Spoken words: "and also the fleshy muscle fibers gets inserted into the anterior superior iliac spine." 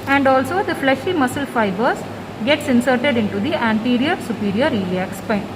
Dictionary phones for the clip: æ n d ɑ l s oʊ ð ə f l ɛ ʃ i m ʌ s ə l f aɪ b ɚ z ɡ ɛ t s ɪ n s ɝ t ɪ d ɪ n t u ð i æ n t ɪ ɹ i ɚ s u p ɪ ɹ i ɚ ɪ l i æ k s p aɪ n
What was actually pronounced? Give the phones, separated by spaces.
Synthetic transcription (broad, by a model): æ n d ɑ l s oʊ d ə f l ɛ ʃ i m ʌ s ə l f aɪ b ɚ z ɡ ɛ t s ɪ n s ɝ t ɪ d ɪ n t u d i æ n t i ɹ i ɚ s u p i ɹ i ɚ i l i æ k s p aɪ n